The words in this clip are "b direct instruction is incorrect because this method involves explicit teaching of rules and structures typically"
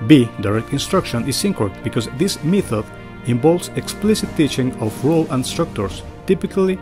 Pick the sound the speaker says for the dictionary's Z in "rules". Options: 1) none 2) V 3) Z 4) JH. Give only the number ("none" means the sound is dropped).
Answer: 1